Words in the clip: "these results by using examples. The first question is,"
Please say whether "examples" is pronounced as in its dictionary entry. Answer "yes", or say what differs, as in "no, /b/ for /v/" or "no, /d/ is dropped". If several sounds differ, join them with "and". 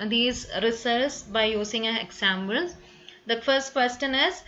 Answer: no, /b/ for /p/